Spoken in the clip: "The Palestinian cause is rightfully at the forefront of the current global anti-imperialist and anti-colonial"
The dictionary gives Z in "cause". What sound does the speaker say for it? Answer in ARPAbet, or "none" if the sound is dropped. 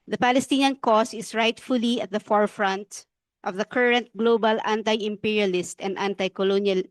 S